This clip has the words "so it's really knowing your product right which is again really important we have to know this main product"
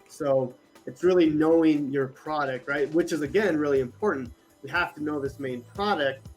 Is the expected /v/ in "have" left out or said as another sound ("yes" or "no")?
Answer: yes